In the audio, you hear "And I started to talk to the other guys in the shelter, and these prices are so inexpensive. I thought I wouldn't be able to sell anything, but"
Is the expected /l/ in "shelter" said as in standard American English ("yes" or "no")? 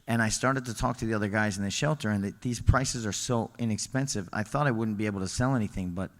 yes